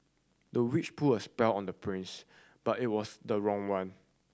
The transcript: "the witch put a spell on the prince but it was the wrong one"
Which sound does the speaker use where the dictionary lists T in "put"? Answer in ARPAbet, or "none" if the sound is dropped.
none